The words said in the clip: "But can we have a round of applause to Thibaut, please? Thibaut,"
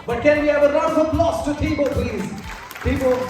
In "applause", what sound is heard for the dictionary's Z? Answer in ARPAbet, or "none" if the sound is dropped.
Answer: S